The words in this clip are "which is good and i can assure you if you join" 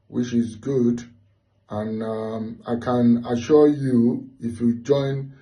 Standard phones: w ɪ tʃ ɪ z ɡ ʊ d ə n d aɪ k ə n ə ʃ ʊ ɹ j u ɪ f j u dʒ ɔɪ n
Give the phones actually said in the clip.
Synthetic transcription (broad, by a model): w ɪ tʃ ɪ z ɡ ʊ d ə n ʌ aɪ k ə n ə ʃ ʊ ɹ j u ɪ f j u dʒ ɔɪ n